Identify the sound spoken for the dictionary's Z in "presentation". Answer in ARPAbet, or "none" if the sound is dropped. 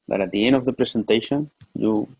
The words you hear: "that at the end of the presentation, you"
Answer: S